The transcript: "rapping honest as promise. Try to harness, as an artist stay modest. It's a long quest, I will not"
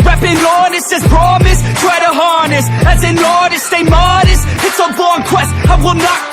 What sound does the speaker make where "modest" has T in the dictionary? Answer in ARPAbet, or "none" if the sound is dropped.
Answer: none